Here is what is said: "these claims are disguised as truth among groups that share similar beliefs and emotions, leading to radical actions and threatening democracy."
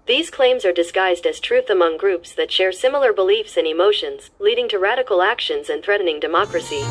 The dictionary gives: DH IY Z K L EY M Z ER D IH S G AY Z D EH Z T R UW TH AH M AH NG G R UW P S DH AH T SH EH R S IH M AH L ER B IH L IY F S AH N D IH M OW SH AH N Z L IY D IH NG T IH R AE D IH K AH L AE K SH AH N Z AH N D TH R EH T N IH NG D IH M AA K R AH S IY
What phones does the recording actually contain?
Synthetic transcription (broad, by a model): DH IY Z K L EY M Z ER D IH S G AY Z D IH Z T R UW TH AH M AH NG G R UW P S DH AH T SH EH R S IH M L ER B IH L IY F S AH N IH M OW SH AH N Z L IY D IH NG T IH R AE D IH K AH L AE K SH AH N Z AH N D TH R EH T N IH NG D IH M AA K R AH S IY